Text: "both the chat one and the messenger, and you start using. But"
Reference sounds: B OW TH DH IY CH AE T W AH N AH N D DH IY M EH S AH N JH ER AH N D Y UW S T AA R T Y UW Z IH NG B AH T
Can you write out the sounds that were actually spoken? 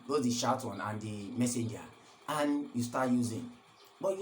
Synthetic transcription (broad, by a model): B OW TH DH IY SH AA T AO N AH N D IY M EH S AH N JH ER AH N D Y UW S T AA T Y UW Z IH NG B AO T